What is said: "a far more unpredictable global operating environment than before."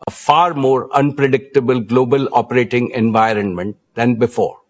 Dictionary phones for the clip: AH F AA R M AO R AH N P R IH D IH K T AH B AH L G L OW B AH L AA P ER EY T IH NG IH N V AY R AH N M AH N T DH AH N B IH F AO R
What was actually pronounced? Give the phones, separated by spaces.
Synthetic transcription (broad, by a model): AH F AA R M AO R AH N P R IH D IH K T AH B AH L G L OW B AH L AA P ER EY T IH NG IH N V AY R AH N M AH N T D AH N B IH F AO R